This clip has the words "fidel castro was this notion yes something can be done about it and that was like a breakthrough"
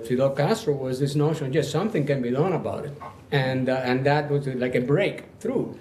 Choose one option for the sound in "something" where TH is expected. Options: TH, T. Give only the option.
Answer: TH